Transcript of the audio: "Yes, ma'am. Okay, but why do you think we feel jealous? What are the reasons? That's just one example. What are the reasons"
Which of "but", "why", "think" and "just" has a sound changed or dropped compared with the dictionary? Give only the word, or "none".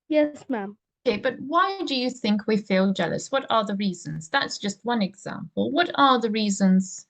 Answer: none